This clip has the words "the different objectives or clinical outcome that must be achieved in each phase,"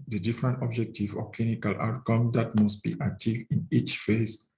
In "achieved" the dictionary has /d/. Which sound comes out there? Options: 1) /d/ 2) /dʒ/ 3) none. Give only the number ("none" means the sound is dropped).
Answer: 3